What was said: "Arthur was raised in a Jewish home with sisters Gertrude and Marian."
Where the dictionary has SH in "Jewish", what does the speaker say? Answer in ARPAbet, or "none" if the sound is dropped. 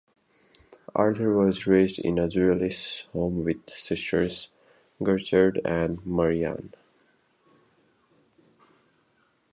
S